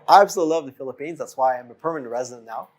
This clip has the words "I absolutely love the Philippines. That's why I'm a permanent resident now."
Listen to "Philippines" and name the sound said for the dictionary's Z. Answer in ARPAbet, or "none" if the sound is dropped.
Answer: Z